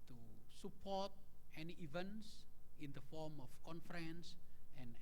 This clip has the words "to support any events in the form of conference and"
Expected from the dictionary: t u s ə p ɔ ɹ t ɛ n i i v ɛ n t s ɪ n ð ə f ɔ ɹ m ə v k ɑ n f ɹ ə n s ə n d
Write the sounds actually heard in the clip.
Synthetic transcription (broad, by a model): t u s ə p ɔ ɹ t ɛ n i i v ɛ n t s ɪ n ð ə f ɔ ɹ m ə f k ɑ n f ɹ ə n s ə n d